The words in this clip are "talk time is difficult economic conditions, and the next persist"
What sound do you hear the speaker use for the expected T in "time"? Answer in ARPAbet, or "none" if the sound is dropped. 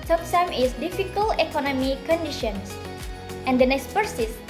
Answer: S